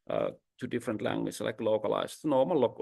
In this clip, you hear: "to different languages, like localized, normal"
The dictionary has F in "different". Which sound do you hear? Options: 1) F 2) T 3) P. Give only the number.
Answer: 1